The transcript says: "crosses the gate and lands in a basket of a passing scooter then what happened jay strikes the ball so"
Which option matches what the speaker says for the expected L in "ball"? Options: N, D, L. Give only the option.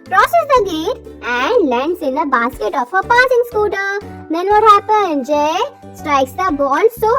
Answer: N